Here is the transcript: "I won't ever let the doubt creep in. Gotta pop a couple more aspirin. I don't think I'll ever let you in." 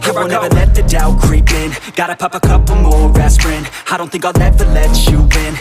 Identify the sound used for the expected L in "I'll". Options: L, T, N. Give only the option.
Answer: N